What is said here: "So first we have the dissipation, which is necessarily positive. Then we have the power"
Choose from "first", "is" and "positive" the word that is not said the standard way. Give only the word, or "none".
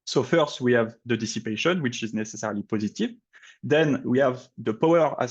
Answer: none